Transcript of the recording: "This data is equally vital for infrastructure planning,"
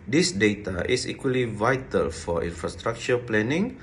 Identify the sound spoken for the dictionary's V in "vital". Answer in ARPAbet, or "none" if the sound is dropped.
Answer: V